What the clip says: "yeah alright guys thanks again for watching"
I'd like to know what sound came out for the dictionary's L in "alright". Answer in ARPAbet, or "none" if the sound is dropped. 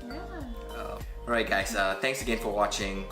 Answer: none